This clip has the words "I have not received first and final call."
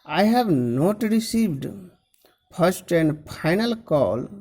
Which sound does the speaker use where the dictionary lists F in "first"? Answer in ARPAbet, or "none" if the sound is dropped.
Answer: P